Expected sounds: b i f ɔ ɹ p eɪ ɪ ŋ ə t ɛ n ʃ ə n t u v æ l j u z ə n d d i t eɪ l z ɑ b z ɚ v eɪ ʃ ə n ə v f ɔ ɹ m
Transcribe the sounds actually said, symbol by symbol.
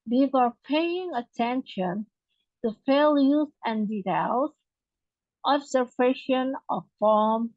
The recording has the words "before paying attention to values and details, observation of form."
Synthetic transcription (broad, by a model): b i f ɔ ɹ p eɪ ɪ ŋ ə t ɛ n ʃ ə n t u f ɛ l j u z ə n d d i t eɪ l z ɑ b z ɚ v eɪ ʃ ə n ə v f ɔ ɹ m